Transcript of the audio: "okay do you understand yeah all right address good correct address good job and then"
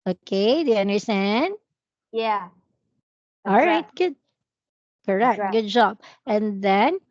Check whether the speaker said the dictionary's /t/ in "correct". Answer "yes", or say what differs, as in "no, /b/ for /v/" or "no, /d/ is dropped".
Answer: no, /t/ is dropped